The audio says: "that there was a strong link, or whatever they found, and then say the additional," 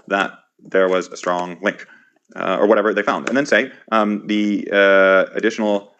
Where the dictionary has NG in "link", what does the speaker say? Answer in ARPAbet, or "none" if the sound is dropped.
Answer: NG